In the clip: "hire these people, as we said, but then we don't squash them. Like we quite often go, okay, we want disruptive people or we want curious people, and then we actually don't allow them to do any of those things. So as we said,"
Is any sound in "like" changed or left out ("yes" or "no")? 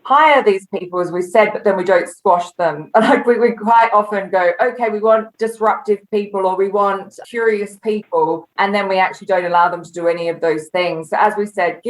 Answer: yes